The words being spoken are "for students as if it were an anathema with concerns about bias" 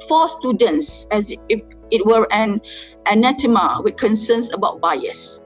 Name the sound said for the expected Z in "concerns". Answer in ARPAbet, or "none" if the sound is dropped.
S